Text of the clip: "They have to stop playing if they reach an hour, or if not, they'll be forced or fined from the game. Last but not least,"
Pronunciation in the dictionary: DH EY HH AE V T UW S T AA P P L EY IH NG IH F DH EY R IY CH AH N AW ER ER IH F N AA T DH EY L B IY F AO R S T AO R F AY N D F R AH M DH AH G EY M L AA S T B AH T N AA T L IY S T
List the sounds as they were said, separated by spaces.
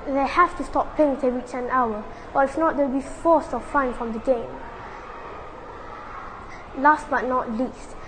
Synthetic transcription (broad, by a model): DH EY HH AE F T UW S T AA P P EY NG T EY R IY CH AH N AW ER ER IH F N AA T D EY W B IY F AO S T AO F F AY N F R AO M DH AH G EY M L AA S T B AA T N AA T L IY S T